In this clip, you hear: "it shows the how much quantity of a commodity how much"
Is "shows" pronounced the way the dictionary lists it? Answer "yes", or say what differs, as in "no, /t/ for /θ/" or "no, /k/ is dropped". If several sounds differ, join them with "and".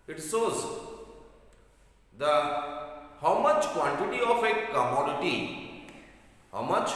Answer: no, /s/ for /ʃ/